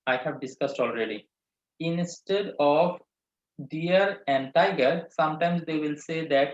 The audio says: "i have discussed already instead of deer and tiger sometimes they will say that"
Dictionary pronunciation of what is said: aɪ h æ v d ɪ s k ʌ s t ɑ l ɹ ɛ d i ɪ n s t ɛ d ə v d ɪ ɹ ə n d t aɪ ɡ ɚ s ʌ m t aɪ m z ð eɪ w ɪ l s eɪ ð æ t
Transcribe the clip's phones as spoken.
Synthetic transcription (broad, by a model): aɪ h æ v d ɪ s k ʌ s t ɑ l ɹ ɛ d i ɪ n s t ɛ d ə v d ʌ ɹ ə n t aɪ ɡ ɚ s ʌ m t aɪ m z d eɪ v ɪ l s eɪ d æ t